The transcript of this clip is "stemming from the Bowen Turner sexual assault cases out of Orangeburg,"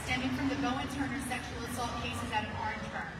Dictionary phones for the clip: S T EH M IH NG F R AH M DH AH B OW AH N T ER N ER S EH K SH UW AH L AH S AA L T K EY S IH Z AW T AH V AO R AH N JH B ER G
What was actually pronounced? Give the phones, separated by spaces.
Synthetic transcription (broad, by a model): S T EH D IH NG F R AH M DH AH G OW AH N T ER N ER S EH K SH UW L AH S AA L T K EY S IH Z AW T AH F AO R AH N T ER